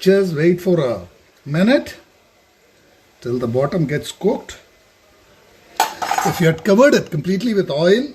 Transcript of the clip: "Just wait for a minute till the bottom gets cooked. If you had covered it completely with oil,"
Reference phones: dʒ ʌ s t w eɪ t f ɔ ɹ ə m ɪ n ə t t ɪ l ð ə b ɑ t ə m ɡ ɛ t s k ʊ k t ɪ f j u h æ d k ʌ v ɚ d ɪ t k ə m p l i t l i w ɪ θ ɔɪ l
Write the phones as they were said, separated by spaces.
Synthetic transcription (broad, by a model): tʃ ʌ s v eɪ t f ɔ ɹ ə m ɪ n ə t t ɪ l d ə b ɑ t ə m ɡ ɛ t s k ʊ k t ɪ f j u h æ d k ʌ v ɚ d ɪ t k ə m p l i t l i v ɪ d ɔɪ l